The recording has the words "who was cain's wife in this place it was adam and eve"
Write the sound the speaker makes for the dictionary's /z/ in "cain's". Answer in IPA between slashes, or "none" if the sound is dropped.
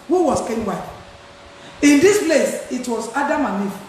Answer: none